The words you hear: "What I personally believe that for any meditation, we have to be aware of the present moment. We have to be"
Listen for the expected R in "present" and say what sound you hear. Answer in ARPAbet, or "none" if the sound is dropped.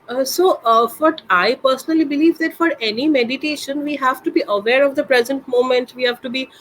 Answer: R